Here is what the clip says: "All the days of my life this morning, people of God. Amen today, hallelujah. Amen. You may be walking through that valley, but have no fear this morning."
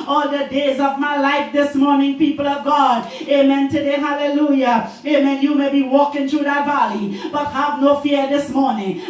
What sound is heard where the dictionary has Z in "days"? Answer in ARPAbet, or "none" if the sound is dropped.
Z